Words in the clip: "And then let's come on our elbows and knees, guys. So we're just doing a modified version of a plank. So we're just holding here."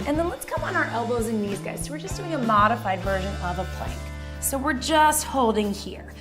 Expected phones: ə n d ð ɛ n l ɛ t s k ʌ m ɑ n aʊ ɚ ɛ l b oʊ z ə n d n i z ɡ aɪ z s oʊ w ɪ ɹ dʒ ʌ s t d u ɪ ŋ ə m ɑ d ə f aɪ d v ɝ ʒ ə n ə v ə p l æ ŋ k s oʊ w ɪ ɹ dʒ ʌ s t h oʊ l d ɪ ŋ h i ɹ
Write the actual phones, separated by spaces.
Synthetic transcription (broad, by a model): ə n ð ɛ n l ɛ t s k ʌ m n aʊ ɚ ɛ l b oʊ z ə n n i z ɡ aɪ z s oʊ w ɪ ɹ dʒ ʌ s d u ɪ ŋ ə m ɑ d ə f aɪ d v ɝ ʒ ə n ə v ə p l æ ŋ k s oʊ w ɪ ɹ dʒ ʌ s t h oʊ l d ɪ ŋ h i ɹ